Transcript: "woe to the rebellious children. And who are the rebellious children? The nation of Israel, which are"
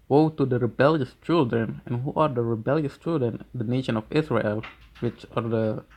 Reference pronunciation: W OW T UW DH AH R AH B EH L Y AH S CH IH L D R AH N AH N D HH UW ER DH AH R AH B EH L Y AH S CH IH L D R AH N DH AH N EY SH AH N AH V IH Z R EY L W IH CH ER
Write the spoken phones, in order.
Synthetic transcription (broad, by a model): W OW T UW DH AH R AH B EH L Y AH S CH IH L D R AH N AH N HH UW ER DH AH R AH B EH L Y AH S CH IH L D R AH N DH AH N EY SH AH N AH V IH S R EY L W IH CH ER